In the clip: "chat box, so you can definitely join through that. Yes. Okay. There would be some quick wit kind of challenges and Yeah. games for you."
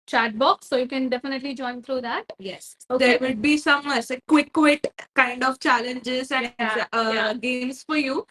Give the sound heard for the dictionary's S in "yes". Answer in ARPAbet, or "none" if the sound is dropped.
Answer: S